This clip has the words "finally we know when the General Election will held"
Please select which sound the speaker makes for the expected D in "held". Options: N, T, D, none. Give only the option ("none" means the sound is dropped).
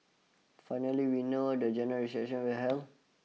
none